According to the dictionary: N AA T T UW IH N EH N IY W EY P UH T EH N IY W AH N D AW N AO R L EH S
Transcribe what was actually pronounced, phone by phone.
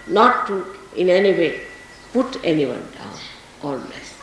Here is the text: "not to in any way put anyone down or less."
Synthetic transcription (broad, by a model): N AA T T UW IH N EH N IY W EY P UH T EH N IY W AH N D AW N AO L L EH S